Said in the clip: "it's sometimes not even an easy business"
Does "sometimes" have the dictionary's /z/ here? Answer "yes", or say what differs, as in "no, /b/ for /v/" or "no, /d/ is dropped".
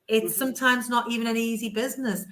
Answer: yes